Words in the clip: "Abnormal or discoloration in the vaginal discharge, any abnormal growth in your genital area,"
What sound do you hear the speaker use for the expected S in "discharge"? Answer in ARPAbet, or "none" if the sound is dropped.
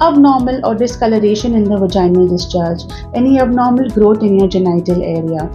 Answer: S